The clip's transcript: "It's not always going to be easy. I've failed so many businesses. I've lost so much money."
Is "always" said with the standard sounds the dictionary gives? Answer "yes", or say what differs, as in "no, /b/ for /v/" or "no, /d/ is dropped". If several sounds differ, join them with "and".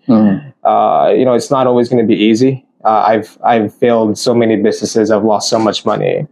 yes